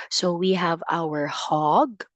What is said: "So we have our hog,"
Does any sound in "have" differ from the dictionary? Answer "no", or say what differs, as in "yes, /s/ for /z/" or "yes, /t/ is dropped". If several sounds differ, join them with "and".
no